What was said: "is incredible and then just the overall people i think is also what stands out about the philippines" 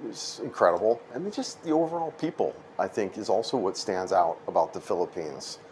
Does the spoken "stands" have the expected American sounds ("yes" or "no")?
yes